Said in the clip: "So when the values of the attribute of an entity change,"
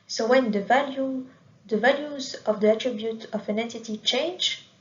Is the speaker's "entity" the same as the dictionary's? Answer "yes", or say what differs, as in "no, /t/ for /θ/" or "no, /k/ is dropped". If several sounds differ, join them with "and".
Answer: yes